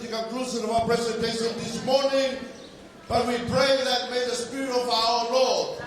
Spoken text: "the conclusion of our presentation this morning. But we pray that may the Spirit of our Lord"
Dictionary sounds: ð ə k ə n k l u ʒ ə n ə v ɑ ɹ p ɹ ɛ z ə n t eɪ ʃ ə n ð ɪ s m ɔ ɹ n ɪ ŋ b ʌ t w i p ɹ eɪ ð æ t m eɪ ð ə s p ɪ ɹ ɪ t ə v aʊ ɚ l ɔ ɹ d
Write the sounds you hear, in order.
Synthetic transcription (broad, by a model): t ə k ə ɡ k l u s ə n ə v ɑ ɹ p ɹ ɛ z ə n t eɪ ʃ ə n ð ɪ s m ɔ ɹ n ɪ ŋ b ʌ t w i p ɹ eɪ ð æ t m eɪ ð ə s p ɪ ɹ ɪ t ə v aʊ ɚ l ɔ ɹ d